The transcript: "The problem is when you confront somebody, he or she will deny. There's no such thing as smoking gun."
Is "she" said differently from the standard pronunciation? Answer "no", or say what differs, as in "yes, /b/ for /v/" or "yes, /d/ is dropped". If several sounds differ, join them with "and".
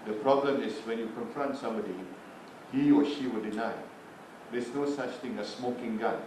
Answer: no